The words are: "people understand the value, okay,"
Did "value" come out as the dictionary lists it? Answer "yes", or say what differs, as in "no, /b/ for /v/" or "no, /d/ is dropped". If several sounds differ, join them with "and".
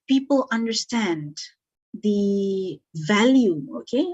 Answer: yes